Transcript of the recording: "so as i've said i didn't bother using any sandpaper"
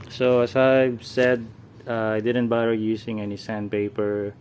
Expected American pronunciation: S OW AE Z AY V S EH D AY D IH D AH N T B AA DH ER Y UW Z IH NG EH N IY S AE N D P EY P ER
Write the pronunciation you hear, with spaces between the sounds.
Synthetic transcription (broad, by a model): S OW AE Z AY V S EH D AY D IH D AH N T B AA ER Y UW S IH NG EH N IY S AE N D P EY P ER